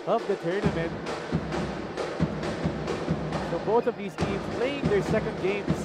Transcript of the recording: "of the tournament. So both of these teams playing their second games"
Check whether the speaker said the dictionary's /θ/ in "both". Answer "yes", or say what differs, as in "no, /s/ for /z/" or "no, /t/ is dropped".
yes